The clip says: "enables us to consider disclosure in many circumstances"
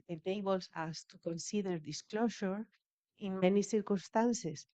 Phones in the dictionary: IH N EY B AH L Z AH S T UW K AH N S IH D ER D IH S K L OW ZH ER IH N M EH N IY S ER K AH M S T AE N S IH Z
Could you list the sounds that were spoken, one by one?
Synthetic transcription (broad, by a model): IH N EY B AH L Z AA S T UW K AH N S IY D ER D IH S K L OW SH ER IH N M EH N IY S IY K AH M S T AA N S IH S